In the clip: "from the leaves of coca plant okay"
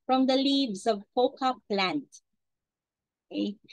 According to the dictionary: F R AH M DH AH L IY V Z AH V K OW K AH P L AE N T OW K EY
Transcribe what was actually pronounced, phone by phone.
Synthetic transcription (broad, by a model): F R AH M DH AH L IY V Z AH V K OW K AH P L AE N T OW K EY